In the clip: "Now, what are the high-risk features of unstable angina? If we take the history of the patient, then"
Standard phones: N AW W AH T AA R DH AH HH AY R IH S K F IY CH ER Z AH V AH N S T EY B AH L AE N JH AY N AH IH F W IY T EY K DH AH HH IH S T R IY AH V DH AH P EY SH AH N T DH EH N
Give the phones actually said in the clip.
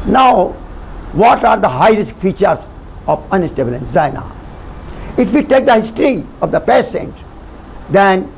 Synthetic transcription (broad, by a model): N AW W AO T AA R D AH HH AY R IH S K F IY CH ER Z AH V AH N S T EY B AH L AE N Z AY N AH IH F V IY T EY K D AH HH IH S T R IY AH V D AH P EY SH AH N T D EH N